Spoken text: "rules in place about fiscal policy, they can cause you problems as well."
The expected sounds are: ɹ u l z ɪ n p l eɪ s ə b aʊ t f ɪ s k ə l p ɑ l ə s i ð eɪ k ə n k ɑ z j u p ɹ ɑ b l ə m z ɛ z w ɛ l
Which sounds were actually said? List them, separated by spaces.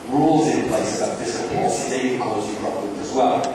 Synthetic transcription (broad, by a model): ɹ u l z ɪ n p l eɪ s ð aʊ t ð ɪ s ə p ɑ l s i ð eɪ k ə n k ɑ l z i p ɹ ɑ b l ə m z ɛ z w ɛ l